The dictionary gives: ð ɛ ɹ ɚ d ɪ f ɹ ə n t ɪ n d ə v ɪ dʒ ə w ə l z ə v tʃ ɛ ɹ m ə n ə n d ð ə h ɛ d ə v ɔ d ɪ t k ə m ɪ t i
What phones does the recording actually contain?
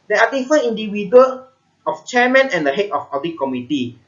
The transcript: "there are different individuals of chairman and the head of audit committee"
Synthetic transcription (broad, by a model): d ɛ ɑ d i f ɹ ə n i n d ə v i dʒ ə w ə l ə f tʃ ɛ m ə n ə n d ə h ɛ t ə f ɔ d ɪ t k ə m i t i